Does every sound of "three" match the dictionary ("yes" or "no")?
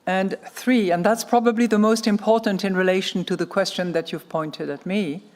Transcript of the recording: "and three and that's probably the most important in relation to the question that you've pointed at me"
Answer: yes